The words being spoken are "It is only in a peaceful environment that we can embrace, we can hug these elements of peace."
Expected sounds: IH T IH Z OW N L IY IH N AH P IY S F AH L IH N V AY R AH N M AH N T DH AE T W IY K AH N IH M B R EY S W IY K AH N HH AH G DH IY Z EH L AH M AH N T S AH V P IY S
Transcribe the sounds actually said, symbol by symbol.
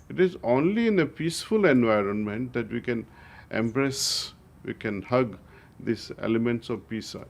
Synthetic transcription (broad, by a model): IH T IH Z OW N L IY IH N AH P IY S F AH L IH N V AY R AH N M AH N T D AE T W IY K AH N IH M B R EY S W IY K AH N HH AH G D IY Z EH L AH M AH N T S AH V P IY S